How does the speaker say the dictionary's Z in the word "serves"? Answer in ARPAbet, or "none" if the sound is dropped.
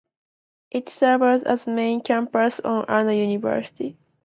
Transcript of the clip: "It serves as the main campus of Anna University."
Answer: none